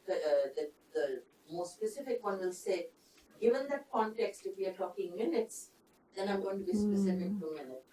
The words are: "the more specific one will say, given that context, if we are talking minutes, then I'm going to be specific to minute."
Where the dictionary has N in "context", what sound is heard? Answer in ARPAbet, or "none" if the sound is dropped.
N